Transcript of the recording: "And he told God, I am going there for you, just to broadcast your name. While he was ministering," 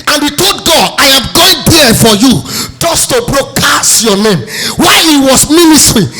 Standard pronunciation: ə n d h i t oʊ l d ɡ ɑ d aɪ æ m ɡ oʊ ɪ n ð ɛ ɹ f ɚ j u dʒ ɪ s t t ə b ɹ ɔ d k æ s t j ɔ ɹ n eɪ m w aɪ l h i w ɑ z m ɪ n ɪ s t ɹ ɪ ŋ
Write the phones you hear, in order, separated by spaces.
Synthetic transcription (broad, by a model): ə n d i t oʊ d ɡ ɑ d aɪ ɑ m ɡ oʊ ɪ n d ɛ f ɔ j u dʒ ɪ s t t ə b ɹ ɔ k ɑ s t j ɔ n eɪ m w aɪ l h i w ɑ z m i n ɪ s t ɹ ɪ